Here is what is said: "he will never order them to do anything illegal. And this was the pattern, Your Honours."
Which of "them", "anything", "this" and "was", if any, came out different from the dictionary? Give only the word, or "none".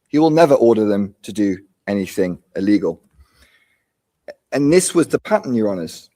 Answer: none